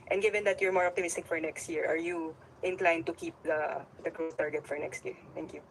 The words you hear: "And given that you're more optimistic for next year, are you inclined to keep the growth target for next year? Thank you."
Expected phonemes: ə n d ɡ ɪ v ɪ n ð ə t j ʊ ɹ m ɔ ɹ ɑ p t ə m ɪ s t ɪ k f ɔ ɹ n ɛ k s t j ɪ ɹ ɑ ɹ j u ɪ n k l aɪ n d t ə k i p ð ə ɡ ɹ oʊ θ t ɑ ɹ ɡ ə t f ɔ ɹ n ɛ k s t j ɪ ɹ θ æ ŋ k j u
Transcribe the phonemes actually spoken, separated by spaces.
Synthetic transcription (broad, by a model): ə n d ɡ ɪ v ɪ n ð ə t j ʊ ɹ m ɔ ɹ ɑ p t ə m ɪ s t ɪ k f ɔ ɹ n ɛ k s t j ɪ ɹ ɑ ɹ j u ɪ n k l aɪ n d t ə k i p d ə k ɹ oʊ s t ɑ ɹ ɡ ə t f ɔ ɹ n ɛ k s t j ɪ ɹ t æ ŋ k j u